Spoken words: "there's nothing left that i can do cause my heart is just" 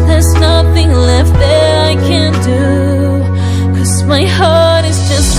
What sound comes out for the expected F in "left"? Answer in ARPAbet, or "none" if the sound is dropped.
F